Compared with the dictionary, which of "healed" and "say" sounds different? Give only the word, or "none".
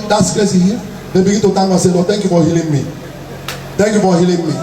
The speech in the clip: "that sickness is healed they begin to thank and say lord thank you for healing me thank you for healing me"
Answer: healed